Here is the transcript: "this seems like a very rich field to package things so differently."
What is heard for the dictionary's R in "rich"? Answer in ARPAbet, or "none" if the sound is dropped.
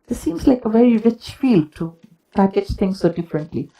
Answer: R